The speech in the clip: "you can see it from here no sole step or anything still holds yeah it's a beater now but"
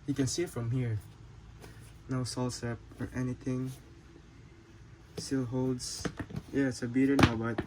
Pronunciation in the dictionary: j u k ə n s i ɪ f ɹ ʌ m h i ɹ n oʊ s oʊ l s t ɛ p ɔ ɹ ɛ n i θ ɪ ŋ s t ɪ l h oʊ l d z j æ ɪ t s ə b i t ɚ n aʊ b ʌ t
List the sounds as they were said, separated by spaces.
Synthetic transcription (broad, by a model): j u k ə n s i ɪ f ɹ ʌ m h i ɹ n oʊ s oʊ l s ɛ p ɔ ɹ ɛ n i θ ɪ ŋ s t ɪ l h oʊ l d s j æ ɪ t s ə b i t ɚ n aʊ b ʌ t